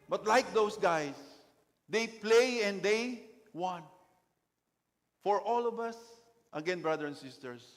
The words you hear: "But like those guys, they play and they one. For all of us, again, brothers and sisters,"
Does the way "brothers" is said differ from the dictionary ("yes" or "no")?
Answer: yes